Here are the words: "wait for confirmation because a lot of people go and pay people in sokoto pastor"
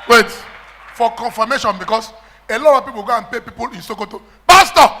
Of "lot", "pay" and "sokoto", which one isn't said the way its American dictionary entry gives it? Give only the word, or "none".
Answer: none